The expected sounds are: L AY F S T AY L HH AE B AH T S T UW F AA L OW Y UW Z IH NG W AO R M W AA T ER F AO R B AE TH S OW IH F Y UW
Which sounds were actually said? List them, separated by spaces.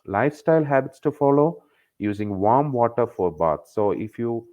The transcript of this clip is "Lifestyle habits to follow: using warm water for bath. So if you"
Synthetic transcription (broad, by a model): L AY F S T AY L HH AE B AH T S T UW F AA L OW Y UW Z IH NG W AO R M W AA T ER F AO R B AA T S OW IH F Y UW